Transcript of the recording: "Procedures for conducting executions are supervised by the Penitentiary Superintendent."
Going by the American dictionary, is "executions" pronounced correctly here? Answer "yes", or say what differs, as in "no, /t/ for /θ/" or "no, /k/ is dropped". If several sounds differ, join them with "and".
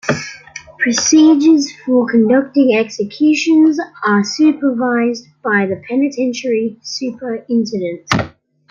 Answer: yes